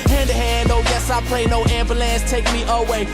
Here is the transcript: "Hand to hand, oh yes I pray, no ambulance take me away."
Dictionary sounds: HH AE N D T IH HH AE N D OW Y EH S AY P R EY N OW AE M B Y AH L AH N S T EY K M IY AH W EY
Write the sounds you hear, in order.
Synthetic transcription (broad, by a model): HH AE N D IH HH AE N D OW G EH S AY P L EY N OW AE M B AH L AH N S T EY K M IY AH W EY